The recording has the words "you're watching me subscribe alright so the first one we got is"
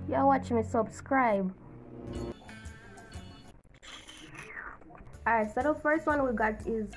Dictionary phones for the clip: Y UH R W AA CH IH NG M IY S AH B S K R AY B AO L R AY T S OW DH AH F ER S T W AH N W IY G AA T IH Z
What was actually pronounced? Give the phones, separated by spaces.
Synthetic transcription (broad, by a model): Y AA W AA CH IH NG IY S AH B S K R AY B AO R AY S OW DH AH F ER S T W AH N W IY G AA T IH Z